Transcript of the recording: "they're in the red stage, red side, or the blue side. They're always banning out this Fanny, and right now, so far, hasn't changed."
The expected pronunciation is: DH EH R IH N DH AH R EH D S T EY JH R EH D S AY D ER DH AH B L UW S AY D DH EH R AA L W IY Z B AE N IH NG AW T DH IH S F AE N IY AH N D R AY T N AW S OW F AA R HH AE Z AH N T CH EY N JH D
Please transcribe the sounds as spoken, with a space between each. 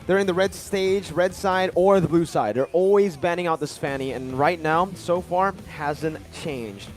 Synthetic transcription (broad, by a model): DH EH R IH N DH AH R EH D S T EY JH R EH D S AY D ER DH AH B L UW S AY D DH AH R AA L W IY Z B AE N IH NG AW T DH IH S P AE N IY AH N R AY T N AW S OW F AA R HH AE Z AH N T CH EY N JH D